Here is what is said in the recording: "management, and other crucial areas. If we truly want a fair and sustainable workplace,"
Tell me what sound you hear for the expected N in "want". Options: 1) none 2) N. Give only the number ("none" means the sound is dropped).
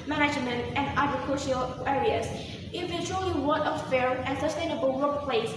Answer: 1